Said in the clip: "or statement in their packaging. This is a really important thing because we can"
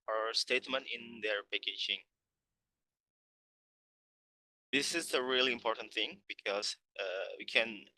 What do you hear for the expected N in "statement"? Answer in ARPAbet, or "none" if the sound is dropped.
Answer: N